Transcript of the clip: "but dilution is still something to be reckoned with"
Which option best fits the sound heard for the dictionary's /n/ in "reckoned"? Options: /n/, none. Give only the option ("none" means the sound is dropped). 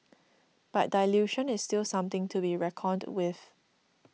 none